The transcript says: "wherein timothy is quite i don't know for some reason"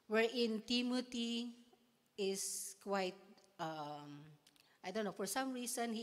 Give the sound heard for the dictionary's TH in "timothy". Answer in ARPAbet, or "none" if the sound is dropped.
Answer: T